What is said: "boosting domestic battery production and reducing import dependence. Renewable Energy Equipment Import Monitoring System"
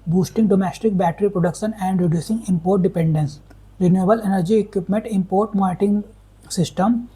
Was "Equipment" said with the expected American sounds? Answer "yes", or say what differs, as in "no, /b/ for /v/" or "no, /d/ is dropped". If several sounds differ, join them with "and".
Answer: yes